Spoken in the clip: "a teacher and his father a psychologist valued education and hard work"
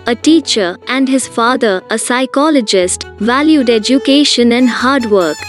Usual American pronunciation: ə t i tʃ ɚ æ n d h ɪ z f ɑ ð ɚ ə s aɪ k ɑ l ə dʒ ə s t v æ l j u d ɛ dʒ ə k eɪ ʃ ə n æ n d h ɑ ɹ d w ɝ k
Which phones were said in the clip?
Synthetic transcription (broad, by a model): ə t i tʃ ɚ æ n d h ɪ z f ɑ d ɚ ə s aɪ k ɑ l ə dʒ ə s t v æ l j u d ɛ dʒ ə k eɪ ʃ ə n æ n d h ɑ ɹ d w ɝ k